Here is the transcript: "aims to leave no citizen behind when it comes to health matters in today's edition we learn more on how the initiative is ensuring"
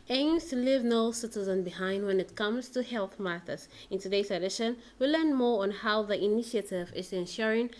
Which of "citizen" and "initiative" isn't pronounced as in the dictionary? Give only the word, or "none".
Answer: none